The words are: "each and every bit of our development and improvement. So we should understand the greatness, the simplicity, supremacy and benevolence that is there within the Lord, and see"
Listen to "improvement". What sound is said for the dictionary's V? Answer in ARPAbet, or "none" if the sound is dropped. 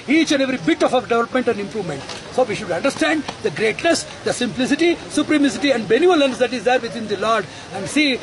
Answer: V